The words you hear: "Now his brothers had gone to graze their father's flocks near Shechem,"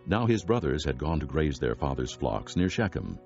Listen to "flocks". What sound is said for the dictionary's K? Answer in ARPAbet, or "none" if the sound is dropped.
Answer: K